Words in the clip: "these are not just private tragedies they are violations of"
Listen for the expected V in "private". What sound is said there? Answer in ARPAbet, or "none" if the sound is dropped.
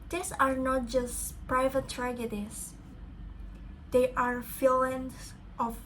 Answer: V